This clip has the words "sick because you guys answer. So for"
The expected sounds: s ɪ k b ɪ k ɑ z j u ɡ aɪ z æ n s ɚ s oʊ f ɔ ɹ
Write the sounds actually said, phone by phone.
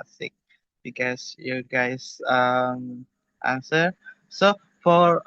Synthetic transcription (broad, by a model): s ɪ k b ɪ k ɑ s j u ɡ aɪ s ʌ n s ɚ s oʊ f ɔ ɹ